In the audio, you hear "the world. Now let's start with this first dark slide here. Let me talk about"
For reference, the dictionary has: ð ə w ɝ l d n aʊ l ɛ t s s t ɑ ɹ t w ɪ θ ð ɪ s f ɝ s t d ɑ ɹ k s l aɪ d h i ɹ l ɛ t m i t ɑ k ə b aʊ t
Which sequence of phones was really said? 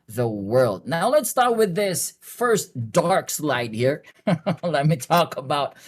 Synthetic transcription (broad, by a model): ð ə w ɝ l d n aʊ l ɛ t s s t ɑ ɹ t w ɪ ð ɪ s f ɝ s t d ɑ ɹ k s l aɪ d h i ɹ l ɛ t m i t ɑ k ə b aʊ t